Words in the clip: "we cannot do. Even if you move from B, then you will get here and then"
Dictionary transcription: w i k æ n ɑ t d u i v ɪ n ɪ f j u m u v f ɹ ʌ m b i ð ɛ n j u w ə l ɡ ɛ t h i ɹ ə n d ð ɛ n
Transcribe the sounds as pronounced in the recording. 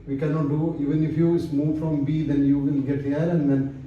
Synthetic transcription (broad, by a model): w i k æ n ɑ t d u i v ɪ n ɪ f j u m u v f ɹ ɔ m b i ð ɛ n j u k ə n ɡ ɛ t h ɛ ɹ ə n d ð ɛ n